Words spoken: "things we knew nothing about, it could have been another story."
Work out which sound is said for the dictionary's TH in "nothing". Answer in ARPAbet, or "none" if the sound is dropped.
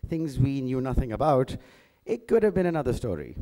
TH